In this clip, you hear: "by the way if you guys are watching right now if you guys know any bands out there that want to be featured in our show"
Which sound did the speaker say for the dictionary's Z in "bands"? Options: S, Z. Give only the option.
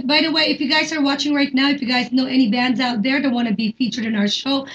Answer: Z